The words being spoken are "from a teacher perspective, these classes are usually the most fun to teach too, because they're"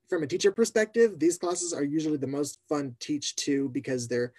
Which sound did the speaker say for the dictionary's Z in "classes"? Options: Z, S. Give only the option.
Z